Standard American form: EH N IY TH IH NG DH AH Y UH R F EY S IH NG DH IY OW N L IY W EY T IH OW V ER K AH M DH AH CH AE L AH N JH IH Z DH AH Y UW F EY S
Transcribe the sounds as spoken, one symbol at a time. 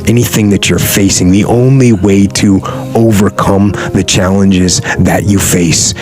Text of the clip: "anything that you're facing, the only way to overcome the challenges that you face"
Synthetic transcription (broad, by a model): EH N IY TH IH NG DH AH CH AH R F EY S IH NG DH IY OW N L IY W EY T IH OW V ER K AH M DH AH CH AE L AH N JH IH Z DH AH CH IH F EY S